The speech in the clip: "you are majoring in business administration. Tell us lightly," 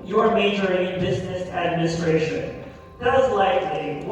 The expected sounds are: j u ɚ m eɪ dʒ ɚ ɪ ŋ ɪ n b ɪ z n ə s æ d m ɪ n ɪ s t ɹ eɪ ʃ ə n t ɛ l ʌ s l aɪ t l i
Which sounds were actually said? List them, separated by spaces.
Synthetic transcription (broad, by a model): j ɚ m eɪ dʒ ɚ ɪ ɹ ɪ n b ɪ z n ə s æ d m ɪ n ɪ s t ɹ eɪ ʃ ə n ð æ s l aɪ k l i